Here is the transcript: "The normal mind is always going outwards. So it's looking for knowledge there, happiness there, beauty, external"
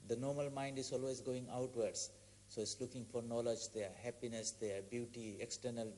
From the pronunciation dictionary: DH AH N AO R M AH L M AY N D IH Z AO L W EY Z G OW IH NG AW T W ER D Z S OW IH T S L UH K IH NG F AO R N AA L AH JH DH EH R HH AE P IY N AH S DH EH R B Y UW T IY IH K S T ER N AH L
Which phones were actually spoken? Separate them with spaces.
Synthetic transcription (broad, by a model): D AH N AO R M AH L M AY N D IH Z AO L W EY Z G OW IH NG AW T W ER D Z S OW IH T S L UH K IH NG F AO R N AA L AH JH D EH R HH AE P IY N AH S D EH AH B Y UW T IY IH K S T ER N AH L